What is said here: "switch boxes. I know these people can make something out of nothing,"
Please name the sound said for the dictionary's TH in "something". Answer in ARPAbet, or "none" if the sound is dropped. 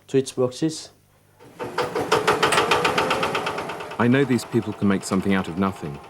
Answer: TH